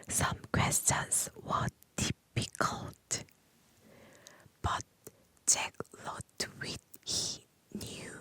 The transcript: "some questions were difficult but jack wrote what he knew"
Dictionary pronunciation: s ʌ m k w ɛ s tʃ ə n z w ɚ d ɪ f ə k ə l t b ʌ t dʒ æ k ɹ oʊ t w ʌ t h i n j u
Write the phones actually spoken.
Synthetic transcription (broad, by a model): s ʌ m k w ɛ s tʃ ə n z w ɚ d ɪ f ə k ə l t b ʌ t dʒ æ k l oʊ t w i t h i n j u